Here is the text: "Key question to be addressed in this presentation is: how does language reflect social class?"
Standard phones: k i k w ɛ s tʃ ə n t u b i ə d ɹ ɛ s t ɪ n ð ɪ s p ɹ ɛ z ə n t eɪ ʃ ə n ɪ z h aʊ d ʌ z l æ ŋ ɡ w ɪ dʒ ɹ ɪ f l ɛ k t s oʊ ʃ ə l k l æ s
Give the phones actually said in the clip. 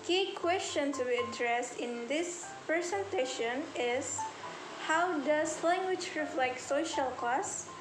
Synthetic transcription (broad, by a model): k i k w ɛ s tʃ ə n t u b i ə d ɹ ɛ s t ɪ n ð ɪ s p ɹ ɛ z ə n t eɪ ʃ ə n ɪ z h aʊ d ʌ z l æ ŋ ɡ w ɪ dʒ ɹ ɪ f l ɛ k t s oʊ ʃ ə l k l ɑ s